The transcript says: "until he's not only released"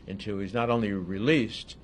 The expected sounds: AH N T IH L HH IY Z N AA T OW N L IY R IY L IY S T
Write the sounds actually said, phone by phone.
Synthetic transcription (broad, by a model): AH N T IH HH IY Z N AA T OW N L IY R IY L IY S T